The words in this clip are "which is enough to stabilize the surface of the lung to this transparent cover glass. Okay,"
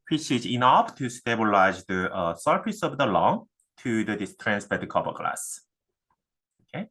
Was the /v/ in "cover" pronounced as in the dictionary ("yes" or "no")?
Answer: no